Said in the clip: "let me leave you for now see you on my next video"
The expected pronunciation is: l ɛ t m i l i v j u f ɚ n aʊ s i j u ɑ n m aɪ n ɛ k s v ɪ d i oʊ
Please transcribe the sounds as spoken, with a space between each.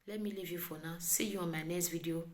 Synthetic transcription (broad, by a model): l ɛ m i l i v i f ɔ n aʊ s i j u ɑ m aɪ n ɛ s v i d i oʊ